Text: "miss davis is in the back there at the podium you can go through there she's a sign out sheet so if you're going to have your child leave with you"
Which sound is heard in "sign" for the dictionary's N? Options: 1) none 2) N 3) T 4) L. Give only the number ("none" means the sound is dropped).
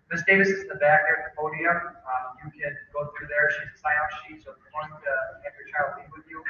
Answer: 1